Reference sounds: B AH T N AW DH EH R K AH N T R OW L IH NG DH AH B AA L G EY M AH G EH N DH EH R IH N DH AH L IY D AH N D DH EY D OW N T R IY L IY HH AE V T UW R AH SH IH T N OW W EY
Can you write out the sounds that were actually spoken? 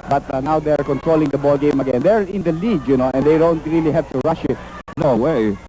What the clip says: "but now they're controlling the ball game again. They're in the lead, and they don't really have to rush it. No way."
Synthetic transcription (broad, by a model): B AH T N AW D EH R K AH N T R OW L IH NG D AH B AA L G EY M AH G EH N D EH R IH N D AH L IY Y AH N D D EY D OW N T R IY L IY HH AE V T UW R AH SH IH T N OW W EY